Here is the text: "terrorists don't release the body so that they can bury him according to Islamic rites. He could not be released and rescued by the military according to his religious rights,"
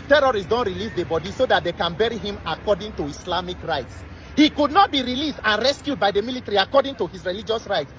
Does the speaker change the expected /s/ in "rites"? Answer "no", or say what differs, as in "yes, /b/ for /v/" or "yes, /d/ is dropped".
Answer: no